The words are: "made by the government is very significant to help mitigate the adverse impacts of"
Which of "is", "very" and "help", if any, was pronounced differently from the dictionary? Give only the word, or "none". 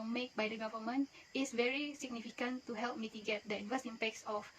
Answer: is